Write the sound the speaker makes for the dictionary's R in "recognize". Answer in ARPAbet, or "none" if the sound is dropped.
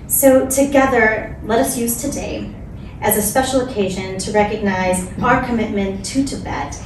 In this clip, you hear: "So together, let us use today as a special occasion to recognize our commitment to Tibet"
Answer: R